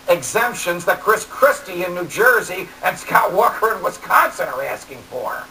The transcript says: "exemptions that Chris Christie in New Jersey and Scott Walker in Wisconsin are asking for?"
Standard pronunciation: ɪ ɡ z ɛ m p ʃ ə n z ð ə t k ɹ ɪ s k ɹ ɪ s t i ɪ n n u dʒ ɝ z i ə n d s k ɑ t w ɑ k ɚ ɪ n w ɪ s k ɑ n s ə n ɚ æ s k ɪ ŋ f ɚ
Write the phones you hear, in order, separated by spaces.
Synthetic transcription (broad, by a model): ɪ ɡ z ɛ m p ʃ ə n z ð ə t k ɹ ɪ s k ɹ ɪ s t i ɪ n n u dʒ ɝ z i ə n s k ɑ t w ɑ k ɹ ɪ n w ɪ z k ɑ n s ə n ɚ æ s k ɪ ŋ f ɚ